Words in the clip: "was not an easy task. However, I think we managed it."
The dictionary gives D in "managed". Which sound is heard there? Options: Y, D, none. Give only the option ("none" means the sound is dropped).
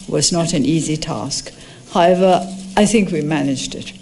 D